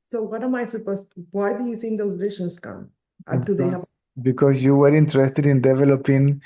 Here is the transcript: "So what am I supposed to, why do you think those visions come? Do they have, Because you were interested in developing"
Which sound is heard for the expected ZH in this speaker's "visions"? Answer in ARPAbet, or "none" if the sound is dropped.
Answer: SH